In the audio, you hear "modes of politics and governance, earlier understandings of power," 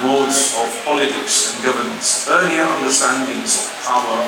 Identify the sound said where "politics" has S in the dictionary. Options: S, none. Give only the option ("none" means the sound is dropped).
S